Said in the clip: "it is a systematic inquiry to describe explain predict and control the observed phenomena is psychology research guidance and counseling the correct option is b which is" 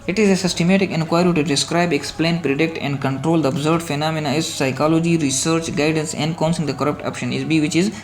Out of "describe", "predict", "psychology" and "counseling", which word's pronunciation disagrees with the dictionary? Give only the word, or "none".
counseling